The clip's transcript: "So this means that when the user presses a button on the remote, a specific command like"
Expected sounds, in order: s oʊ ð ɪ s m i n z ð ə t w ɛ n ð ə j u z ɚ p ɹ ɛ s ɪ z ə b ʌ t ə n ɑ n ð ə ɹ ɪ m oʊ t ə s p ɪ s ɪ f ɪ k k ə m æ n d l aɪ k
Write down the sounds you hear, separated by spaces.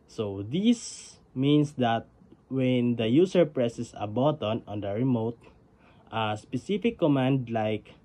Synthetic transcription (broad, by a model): s oʊ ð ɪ s m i n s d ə t w ɛ n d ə j u s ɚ p ɹ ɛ s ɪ s ə b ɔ t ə n ɑ n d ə ɹ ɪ m oʊ t ə s p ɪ s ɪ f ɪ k k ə m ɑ n d l aɪ k